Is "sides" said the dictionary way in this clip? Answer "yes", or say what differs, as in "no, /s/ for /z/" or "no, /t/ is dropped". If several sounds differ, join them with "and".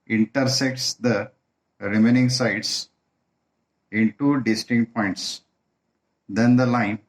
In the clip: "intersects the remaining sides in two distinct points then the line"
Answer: no, /s/ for /z/